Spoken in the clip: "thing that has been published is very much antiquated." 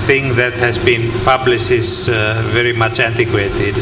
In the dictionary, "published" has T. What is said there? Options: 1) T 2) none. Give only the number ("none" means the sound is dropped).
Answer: 2